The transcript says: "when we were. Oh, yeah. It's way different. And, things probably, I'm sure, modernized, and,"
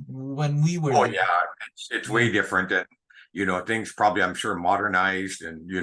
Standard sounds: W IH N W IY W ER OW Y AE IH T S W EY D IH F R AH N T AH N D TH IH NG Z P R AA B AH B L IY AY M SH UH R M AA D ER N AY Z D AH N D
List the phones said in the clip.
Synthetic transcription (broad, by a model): W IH N W IY W ER OW Y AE IH T S W EY D IH F R AH N T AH N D TH IH NG Z P R AA B AH B L IY AY M SH UH R M AA D ER N AY Z D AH N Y